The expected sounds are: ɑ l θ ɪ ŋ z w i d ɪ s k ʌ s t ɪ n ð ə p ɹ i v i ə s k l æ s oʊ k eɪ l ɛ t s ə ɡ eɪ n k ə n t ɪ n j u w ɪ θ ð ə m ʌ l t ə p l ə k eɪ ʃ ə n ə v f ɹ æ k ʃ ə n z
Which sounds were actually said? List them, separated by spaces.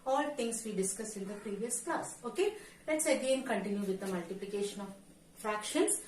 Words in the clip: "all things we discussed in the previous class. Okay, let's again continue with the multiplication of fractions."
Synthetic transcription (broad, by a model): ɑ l t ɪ ŋ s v i d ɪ s k ʌ s ɪ n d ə p ɹ i v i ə s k l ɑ s oʊ k eɪ l ɛ t s ə ɡ eɪ n k ə n t ɪ n j u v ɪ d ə m ʌ l t ə p l ə k eɪ ʃ ə n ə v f ɹ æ k ʃ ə n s